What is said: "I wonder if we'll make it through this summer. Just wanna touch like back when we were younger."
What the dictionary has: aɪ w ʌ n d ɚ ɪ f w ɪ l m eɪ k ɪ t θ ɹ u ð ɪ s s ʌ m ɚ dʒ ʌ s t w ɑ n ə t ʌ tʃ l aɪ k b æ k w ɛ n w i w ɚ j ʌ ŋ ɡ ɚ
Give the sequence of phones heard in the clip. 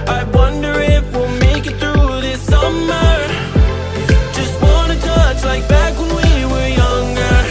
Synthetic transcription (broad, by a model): aɪ w ʌ n d ɚ ɪ f w ɪ l m eɪ k ɪ t θ ɹ u ð ɪ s s ʌ m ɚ dʒ ʌ s t w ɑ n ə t ʌ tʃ l aɪ k b æ k w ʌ n w i w ɚ j ʌ ŋ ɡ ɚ